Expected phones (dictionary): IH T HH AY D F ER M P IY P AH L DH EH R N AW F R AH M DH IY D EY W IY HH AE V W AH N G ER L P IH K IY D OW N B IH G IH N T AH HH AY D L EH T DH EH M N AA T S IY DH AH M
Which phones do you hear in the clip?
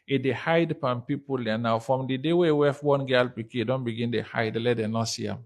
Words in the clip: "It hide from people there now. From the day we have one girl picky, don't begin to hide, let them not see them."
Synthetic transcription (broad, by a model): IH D HH AY D P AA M P IY P AH L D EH N AW F R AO M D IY D EY W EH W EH F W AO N G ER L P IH K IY D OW N B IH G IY N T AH HH AY D L EH T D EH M N AA T S IY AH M